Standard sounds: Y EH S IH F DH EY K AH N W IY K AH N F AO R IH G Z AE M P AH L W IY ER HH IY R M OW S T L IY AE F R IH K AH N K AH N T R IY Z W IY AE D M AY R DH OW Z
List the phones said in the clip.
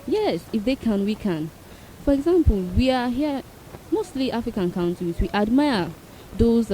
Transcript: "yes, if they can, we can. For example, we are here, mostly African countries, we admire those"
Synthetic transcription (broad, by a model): Y EH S IH F DH EY K AH N W IY K AH N F AO R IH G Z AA M P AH L W IY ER HH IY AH M OW S T L IY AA F R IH K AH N K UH N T IY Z W IY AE D M AY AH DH OW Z